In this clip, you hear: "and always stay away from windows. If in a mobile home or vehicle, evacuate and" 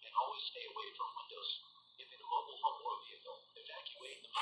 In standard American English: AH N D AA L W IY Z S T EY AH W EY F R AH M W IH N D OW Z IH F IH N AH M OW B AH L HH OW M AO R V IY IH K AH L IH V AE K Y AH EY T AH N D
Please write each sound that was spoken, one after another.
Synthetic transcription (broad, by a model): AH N AA L W IY Z S T EY AH W EY F R AH M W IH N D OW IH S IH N AH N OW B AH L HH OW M AO R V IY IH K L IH F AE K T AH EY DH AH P